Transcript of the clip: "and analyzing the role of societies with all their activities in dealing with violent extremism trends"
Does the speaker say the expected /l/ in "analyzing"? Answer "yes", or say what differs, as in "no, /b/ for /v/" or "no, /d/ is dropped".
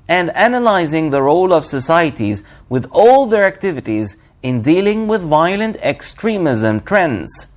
yes